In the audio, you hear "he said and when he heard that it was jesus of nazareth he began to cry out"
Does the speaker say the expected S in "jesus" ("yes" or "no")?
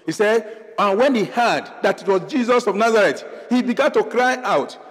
yes